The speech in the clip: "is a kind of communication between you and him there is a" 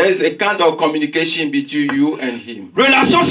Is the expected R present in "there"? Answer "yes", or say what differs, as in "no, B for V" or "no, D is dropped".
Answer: no, L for R